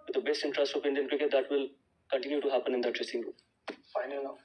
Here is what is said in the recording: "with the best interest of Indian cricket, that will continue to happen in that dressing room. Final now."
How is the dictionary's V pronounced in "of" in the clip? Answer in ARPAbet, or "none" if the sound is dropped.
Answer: P